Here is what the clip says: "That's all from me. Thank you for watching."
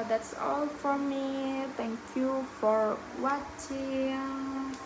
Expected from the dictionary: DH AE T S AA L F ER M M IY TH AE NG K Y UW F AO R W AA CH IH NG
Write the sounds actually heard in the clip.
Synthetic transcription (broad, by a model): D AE T S AA L F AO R M IY T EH NG K Y UW F AO R W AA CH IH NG